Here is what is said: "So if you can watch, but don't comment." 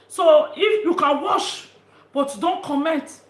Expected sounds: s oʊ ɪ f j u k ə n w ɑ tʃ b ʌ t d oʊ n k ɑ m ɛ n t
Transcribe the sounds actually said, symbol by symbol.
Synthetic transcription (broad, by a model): s oʊ ɪ f j u k ə n w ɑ ʃ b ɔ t d oʊ n k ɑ m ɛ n t